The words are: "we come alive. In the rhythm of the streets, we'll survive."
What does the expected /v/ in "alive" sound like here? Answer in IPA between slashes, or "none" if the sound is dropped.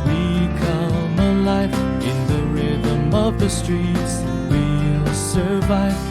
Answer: /f/